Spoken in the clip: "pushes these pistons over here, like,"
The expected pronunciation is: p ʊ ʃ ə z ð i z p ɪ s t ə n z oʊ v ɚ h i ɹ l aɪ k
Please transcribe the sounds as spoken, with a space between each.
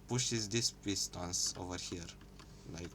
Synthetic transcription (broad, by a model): p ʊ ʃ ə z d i s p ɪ s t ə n s oʊ v ɚ h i ɹ l aɪ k